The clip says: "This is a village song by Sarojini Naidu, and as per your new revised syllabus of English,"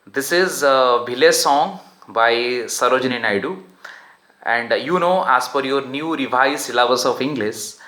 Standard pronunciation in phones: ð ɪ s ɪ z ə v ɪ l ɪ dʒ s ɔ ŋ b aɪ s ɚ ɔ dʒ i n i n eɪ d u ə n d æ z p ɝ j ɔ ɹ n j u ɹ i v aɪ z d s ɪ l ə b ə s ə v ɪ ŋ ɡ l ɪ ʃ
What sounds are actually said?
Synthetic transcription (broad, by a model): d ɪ s ɪ z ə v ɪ l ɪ s ɔ ŋ b aɪ s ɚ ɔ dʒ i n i n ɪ d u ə n d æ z f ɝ j ɔ ɹ n j u ɹ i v aɪ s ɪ l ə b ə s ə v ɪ ŋ ɡ l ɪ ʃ